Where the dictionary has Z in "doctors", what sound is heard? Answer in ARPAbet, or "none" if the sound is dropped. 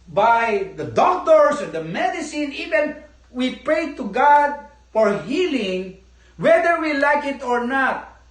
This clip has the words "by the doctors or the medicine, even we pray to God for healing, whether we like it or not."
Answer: S